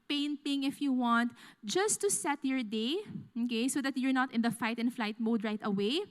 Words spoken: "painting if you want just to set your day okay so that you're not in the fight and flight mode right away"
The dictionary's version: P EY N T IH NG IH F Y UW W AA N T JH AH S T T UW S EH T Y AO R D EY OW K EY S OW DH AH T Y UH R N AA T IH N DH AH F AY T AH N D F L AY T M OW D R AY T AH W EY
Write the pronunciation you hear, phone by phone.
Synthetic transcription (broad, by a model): P EY N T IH NG IH F Y UW W AA N T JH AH S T T UW S EH T Y AO R D EY OW K EY S OW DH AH T Y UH R N AA T IH N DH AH F AY T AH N F L AY T M OW D R AY T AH W EY